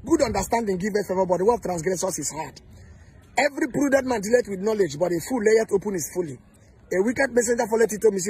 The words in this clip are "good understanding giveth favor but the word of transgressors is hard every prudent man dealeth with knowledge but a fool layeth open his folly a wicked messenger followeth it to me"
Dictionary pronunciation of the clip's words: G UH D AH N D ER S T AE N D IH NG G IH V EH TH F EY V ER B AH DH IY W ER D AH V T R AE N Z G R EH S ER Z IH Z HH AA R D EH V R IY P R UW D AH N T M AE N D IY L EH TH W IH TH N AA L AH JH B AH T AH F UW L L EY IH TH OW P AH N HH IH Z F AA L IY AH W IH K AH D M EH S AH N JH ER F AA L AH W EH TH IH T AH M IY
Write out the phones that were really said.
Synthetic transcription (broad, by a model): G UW D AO N D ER S T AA N D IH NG G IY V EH T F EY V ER B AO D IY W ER AH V T R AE N S G R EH S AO S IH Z HH AA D EH V R IY P R UW D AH N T M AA N D IY L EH T W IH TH N AA L AH JH B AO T AH F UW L L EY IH T OW P AH N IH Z F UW L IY AH W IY K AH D M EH S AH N JH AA F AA L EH T IH T AH M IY